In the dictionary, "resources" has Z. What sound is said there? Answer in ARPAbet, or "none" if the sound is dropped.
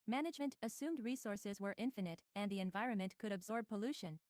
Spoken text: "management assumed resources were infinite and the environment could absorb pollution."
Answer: Z